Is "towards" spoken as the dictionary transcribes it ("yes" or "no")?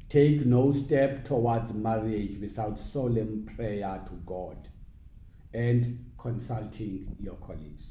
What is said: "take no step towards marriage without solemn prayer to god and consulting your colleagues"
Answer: no